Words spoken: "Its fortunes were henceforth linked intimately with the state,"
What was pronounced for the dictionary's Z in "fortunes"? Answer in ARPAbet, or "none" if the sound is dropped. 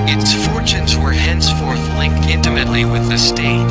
Z